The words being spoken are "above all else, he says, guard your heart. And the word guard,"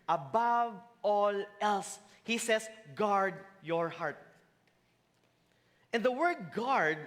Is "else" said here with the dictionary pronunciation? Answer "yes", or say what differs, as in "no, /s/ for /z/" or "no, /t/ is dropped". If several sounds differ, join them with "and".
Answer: yes